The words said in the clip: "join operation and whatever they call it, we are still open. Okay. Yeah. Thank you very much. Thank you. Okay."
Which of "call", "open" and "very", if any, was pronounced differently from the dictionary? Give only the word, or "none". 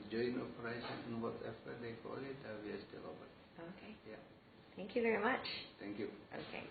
open